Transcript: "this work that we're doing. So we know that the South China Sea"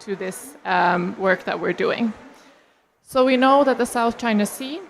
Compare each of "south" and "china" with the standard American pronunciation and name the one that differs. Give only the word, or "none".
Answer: none